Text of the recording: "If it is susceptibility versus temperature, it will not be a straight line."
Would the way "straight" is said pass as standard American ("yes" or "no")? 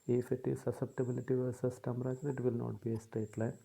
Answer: no